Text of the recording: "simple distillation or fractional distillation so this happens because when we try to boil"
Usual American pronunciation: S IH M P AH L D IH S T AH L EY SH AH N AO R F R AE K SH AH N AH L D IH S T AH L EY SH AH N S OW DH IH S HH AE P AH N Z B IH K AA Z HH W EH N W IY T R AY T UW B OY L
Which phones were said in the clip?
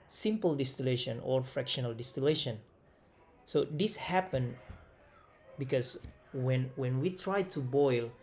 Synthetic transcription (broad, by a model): S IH M P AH L D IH S T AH L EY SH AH N AO R F R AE K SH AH N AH L D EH S T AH L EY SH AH N S OW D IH S HH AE P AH N B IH K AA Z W W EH N W IY T R AY T UW B OY L